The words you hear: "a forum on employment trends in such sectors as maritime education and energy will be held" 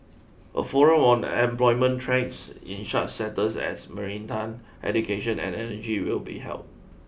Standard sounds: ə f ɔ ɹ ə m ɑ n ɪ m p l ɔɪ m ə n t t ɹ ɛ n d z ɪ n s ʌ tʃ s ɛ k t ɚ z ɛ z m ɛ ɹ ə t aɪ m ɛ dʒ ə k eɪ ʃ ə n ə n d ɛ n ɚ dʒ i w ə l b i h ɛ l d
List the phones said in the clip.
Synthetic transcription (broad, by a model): ə f ɔ ɹ ə m ɑ n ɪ m p l ɔɪ m ə n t t ɹ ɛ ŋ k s ɪ n ʃ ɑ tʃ s ɛ t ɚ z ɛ s m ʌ ɹ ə t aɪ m ɛ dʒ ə k eɪ ʃ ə n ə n ɛ n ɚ dʒ i w ə l b i h ɛ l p